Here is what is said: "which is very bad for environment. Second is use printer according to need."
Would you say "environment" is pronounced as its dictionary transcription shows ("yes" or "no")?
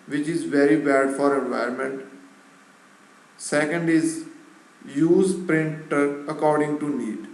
no